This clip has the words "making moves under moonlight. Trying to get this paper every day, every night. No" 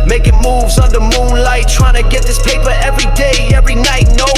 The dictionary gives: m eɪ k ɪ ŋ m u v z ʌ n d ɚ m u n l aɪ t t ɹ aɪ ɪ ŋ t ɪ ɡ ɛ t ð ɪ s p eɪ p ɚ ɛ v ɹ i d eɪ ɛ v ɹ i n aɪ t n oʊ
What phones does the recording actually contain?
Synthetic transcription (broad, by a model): m eɪ k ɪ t m u v z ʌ n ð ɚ m u n l aɪ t t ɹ aɪ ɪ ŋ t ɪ ɡ ɛ t ð ɪ s p eɪ p ɚ ɛ v ɹ i d eɪ ɛ v ɹ i n aɪ t n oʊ